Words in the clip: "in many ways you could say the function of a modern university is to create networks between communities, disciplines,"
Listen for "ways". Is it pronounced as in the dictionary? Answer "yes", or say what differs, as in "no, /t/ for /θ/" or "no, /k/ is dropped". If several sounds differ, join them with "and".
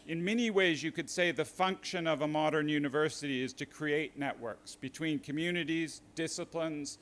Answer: yes